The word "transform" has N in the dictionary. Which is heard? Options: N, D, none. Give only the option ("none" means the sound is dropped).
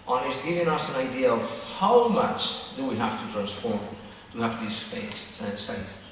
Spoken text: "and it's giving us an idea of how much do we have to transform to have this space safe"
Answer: N